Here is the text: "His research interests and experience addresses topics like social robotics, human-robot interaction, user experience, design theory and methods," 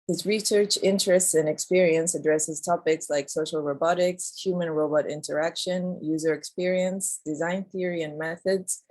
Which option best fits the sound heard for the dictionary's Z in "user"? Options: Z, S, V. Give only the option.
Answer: Z